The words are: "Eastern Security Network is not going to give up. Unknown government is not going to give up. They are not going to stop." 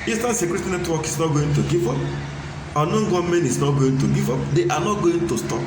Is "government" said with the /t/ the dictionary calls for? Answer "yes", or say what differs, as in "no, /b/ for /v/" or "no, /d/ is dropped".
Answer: no, /t/ is dropped